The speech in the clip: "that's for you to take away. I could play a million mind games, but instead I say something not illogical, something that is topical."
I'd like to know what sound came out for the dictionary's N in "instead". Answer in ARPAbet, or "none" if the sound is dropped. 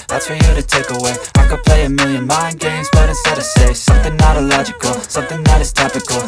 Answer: none